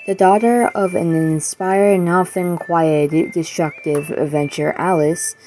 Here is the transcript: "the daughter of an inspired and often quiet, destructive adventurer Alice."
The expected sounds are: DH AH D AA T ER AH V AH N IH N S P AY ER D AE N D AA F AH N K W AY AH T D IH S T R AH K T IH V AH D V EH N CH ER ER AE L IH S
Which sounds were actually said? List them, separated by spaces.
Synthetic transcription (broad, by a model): DH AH D AA T ER AH V AH N IH N S P AY ER D N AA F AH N K W AY AH T D IH S T R AH K T IH V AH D V EH N CH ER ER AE L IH S